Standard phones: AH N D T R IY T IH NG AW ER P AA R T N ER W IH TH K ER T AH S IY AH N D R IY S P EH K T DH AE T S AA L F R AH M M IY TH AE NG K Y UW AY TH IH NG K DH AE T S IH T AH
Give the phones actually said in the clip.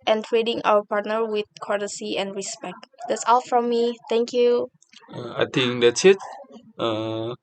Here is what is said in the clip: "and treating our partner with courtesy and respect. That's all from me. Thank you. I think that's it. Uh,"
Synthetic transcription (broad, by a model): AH N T R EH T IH NG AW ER P AA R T N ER W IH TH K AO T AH S IY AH N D R IY S P EH K T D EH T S AA L F R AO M M IY T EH NG K Y UW AY T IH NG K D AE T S IH T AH